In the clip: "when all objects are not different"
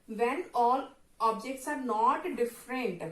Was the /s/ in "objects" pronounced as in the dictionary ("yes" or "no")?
yes